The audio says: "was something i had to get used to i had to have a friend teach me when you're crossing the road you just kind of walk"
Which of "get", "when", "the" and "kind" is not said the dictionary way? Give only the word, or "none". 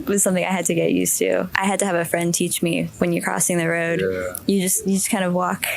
none